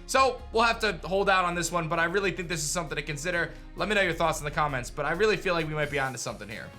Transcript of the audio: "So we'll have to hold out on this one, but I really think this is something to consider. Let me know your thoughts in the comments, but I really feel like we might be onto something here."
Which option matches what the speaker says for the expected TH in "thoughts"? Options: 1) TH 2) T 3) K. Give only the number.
1